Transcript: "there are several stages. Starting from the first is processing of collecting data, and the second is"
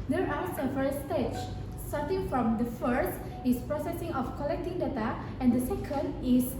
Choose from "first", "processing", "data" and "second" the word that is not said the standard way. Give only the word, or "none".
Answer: none